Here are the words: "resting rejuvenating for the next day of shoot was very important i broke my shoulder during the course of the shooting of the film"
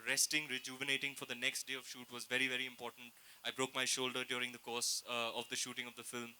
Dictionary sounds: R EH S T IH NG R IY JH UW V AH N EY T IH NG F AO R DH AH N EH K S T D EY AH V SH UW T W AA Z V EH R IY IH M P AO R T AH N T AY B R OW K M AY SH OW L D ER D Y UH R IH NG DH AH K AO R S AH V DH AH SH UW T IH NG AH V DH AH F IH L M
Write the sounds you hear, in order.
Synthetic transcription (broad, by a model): R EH S T IH NG R IY JH UW V AH N EY T IH NG F AO R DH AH N EH K S T D EY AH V SH UW T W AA Z V EH R IY IH M P AO R T AH N T AY B R OW K M AY SH OW L D ER D Y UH R IH NG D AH K AO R S AH V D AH SH UW T IH NG AH V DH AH F IH L M